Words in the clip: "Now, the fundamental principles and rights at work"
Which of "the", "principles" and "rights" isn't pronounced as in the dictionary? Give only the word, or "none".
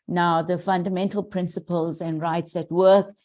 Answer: none